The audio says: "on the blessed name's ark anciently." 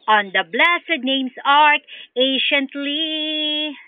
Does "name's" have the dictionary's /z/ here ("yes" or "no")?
no